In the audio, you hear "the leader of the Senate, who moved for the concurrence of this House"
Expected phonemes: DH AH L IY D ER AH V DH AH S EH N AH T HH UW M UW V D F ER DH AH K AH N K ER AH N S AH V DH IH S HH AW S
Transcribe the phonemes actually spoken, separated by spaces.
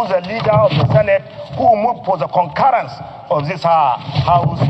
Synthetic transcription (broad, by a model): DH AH L IY D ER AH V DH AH S EH N AH T HH UW M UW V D P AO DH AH K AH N K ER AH N S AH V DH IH S HH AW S